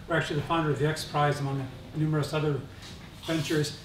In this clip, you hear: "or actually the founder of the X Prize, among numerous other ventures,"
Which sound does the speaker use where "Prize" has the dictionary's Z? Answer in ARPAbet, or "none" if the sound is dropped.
Z